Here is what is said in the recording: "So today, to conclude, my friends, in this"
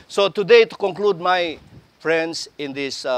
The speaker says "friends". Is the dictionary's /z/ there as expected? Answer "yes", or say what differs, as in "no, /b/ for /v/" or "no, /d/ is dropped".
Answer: no, /s/ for /z/